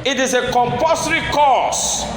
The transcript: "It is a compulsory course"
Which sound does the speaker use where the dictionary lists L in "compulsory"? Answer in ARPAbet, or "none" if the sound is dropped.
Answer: none